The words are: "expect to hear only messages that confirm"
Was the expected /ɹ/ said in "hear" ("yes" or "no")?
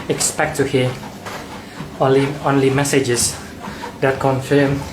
no